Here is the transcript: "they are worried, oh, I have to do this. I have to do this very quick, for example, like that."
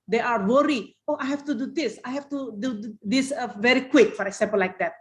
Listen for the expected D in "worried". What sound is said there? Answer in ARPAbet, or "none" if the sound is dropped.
none